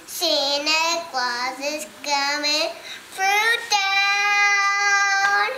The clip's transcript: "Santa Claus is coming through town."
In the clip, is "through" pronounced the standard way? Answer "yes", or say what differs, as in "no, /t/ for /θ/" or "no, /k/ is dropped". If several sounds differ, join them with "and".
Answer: no, /f/ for /θ/